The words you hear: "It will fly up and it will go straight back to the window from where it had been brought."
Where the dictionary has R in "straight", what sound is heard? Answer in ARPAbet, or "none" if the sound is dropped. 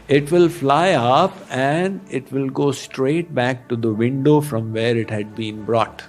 R